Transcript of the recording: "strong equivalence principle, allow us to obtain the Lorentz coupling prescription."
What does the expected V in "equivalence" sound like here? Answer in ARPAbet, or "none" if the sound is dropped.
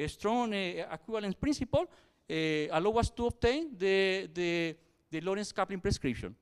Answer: B